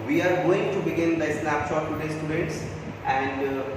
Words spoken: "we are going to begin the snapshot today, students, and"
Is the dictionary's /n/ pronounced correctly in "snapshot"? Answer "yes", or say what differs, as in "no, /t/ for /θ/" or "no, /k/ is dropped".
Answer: no, /l/ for /n/